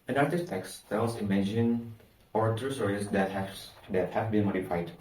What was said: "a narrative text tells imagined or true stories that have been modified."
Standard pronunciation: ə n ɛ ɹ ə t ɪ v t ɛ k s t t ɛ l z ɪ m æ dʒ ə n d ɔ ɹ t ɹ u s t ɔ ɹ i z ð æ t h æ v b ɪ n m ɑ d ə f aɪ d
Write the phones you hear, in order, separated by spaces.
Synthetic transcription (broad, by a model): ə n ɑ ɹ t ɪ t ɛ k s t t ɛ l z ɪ m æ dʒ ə n ɔ ɹ t ɹ u s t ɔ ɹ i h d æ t h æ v b ɪ n m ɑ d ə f aɪ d